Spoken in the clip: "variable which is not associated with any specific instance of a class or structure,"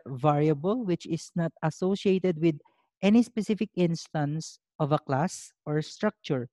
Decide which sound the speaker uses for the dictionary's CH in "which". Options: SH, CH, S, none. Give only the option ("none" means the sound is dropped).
CH